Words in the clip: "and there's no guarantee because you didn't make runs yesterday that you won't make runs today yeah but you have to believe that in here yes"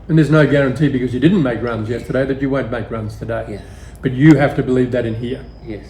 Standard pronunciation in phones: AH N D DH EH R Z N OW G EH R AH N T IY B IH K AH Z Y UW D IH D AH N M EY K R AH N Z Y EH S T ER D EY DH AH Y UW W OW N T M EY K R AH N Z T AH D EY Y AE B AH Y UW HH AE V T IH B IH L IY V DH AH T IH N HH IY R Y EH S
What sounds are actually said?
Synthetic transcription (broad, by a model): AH N DH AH R Z N OW G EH R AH N T IY B IH K AH Z Y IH D IH D N M EY K R AH N Z Y EH S T ER D EY DH AH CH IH W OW N M EY K R AH N Z T AH D EY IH B AH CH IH HH AE F T IH B IH L IY V DH AH T IH N HH IY R Y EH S